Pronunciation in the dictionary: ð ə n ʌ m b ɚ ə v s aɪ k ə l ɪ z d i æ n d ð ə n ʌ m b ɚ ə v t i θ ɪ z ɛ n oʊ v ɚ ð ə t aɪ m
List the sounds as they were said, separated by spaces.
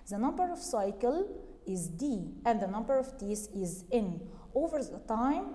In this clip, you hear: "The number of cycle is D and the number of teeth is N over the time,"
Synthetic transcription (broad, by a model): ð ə n ʌ m b ɚ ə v s aɪ k ə l ɪ z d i æ n d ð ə n ʌ m b ɚ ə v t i s ɪ z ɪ n oʊ v ɚ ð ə t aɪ m